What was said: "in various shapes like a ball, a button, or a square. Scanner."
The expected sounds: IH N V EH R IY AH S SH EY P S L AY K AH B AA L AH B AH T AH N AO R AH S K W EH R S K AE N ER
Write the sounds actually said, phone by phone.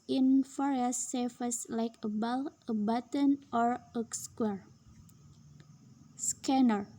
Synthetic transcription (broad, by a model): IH N F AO R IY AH S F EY S L AY K AH B AA L AH B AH T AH N AO R AH S K W EH R S K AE N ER